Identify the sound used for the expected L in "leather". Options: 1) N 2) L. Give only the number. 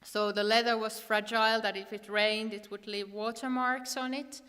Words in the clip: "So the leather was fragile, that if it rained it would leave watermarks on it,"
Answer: 2